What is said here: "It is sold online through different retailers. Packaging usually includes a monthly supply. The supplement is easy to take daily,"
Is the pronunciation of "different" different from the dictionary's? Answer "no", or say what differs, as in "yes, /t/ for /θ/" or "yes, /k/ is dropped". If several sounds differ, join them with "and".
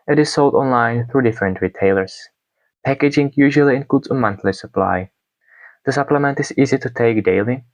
no